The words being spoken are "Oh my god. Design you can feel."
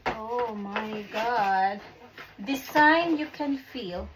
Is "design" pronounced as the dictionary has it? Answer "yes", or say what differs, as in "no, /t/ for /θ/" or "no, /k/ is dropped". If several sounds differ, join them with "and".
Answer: no, /s/ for /z/